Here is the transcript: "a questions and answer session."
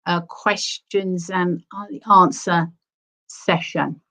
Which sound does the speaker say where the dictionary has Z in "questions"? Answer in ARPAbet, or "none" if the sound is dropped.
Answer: Z